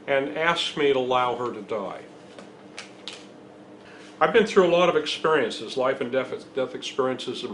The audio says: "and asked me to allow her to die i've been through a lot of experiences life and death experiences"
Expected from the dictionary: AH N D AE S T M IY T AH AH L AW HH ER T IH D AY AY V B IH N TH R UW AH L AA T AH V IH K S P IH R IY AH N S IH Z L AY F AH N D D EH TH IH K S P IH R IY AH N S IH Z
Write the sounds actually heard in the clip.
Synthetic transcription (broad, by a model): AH N AE S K M IY T AH AH L AW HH ER T IH D AY AY V B IH N TH R UW AH L AA T AH V IH K S P IH R IY AH N S IH Z L AY F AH N D D EH TH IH K S P IH R IY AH N S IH Z